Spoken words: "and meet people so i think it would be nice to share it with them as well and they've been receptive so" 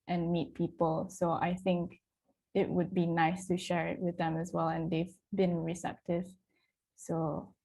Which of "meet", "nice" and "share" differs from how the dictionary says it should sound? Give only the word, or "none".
none